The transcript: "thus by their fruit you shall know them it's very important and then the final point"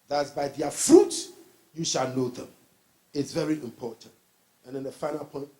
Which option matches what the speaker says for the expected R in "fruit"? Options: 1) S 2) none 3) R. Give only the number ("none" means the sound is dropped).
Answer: 3